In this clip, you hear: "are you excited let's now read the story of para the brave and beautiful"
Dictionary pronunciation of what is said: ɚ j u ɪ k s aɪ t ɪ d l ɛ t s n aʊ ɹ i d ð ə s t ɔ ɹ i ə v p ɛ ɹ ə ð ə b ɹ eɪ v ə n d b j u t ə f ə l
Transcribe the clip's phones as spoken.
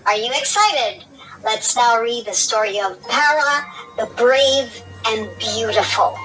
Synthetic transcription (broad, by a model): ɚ j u ɪ k s aɪ t ɪ d l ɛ t s n aʊ ɹ i d ð ə s t ɔ ɹ i ə v p ɛ ɹ ə ð ə b ɹ eɪ v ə n b j u t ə f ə l